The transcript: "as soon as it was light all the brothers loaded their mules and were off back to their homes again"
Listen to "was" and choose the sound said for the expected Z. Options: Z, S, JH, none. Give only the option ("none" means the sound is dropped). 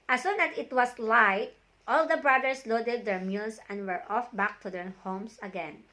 S